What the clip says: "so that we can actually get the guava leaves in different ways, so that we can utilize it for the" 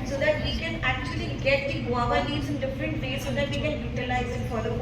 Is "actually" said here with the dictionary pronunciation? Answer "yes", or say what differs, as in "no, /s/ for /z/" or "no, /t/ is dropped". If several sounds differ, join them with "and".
yes